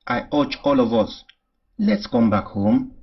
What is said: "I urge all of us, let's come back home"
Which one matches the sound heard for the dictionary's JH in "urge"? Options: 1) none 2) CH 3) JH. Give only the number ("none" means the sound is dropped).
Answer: 2